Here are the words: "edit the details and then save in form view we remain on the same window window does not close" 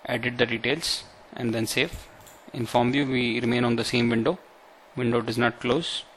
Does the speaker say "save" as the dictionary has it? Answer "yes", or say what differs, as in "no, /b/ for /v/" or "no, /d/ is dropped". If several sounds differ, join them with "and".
no, /f/ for /v/